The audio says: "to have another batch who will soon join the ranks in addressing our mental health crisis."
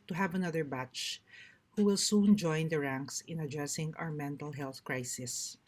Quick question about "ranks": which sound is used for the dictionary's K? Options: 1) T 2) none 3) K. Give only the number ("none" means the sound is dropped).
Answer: 3